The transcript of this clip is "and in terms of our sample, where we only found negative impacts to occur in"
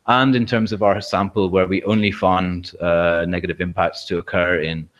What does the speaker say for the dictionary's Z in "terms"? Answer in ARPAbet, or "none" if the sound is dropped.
Z